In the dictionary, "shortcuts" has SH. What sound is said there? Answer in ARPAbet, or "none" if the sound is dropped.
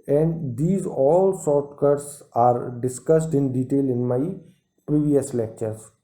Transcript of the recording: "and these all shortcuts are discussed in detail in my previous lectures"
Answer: S